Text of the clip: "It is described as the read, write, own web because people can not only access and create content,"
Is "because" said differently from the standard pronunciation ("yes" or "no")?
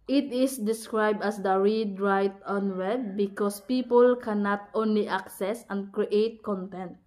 yes